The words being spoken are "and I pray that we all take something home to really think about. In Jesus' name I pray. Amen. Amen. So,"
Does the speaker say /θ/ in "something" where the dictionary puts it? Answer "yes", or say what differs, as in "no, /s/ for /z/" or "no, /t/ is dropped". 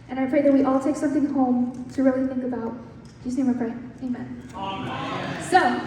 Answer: yes